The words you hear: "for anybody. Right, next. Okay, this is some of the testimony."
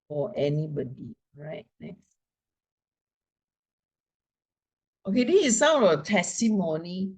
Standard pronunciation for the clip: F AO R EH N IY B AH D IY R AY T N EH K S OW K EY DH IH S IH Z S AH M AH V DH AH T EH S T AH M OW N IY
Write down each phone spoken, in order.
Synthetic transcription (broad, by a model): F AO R EH N IY B AH D IY R AY T N EH K S OW K EY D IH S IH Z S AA AH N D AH T EH S T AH M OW N IY